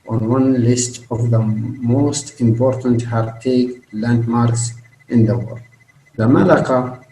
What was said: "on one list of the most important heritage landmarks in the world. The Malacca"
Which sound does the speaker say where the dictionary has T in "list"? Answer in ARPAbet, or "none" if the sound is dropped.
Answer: T